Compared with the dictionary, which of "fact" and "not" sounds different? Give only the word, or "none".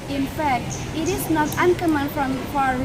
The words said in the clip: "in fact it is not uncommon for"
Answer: none